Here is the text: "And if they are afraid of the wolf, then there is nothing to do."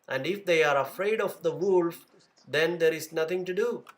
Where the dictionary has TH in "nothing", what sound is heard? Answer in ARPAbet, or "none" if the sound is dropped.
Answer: T